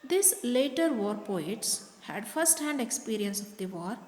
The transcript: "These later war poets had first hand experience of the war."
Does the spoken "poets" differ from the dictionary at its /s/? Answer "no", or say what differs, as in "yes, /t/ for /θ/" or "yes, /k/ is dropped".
no